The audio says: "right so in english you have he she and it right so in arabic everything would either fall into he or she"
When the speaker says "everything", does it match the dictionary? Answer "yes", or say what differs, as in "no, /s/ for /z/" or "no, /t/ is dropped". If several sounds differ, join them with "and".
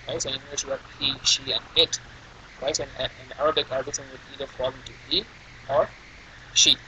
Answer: no, /s/ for /θ/